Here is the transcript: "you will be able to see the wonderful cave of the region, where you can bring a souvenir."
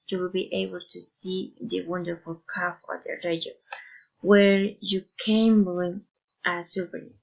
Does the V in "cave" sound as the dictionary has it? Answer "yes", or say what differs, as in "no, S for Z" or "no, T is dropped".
no, F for V